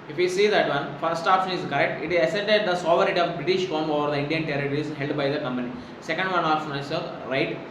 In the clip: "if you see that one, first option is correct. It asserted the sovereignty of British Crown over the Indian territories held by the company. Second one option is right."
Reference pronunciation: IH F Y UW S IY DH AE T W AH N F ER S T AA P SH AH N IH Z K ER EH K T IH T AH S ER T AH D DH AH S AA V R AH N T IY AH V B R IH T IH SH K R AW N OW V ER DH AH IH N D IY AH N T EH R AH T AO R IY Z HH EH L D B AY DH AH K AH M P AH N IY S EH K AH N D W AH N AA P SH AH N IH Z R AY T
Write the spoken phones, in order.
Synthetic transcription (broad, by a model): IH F Y UW S IY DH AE T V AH N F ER S T AA P SH AH N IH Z K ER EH K T IH T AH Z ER S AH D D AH S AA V AH T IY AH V B R IH T IH SH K AO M OW V ER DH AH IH N D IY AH N T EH R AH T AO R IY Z HH EH L D B AY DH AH K AH M P AH N IY S EH K AH N D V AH N AA P SH AH N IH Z R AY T